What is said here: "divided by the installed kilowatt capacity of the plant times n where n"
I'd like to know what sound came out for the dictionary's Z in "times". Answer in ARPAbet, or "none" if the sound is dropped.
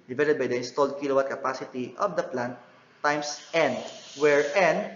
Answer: S